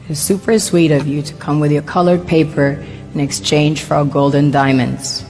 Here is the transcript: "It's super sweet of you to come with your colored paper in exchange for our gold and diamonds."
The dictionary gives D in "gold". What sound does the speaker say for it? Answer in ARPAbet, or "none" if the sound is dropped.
D